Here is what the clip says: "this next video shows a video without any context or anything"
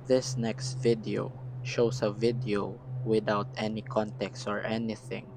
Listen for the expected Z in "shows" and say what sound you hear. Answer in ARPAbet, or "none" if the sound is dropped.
S